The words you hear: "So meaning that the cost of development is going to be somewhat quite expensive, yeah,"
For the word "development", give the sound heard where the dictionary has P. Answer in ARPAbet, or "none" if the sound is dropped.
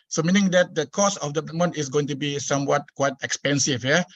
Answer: none